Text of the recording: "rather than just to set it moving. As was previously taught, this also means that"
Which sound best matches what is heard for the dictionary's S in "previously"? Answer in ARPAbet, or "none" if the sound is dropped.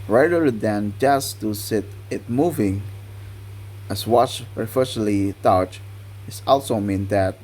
none